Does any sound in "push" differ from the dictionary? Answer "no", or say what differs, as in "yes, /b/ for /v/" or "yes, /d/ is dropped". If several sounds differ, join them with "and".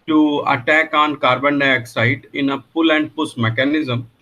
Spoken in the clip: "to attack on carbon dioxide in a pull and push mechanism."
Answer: yes, /s/ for /ʃ/